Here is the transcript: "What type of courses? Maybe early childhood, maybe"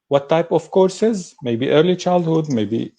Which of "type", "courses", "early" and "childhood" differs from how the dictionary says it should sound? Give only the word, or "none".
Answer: none